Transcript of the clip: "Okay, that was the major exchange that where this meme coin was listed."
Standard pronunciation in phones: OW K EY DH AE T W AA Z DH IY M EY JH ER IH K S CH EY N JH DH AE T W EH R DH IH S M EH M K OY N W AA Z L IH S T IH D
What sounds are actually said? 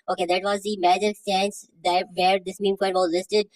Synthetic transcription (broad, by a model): OW K EY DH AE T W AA Z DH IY M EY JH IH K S EY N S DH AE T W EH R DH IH S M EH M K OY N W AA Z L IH S T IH D